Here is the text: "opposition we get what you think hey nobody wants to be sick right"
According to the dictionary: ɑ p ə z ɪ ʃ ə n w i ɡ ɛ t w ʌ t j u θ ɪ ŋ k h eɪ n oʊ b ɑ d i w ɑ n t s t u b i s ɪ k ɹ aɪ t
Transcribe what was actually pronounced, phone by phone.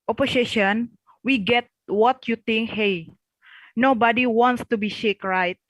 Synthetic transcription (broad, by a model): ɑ p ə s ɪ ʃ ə n w i ɡ ɛ t w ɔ t j u t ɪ ŋ k h eɪ n oʊ b ɑ d i w ɑ n t s t u b i ʃ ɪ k ɹ aɪ t